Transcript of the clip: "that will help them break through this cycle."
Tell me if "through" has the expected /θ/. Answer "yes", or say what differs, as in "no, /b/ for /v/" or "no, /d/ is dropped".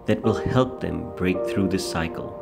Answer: yes